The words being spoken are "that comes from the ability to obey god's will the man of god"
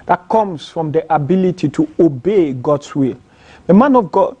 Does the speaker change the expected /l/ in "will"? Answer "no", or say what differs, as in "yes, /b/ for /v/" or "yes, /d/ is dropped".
no